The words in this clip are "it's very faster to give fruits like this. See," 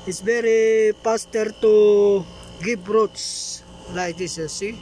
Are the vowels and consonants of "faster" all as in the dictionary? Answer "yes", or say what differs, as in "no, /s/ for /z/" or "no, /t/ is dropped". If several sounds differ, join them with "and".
no, /p/ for /f/